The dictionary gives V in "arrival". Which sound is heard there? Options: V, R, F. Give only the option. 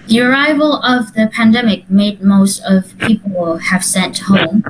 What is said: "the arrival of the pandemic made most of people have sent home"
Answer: V